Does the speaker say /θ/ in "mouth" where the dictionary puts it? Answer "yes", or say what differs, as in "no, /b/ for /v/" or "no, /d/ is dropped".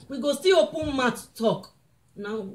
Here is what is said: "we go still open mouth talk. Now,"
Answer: no, /t/ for /θ/